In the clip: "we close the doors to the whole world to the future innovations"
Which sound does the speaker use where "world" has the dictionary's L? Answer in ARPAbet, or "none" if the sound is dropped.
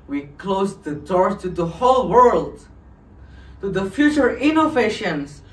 L